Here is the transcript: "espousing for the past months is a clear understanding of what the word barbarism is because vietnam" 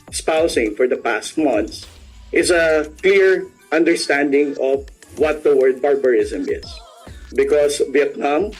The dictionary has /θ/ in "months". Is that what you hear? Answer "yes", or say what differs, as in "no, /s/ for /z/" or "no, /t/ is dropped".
no, /t/ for /θ/